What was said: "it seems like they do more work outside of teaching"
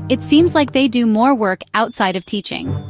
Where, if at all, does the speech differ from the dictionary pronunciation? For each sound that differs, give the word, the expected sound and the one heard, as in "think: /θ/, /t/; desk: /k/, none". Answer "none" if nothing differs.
none